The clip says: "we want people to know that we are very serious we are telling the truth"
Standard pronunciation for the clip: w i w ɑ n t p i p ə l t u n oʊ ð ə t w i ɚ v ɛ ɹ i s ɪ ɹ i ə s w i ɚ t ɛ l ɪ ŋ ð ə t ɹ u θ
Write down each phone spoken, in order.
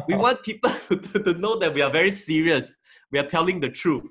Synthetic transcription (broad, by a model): w i w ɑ n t p i p ə l t u n oʊ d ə t w i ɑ v ɛ ɹ i s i ɹ i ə s w i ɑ t ɛ l ɪ ŋ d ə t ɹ u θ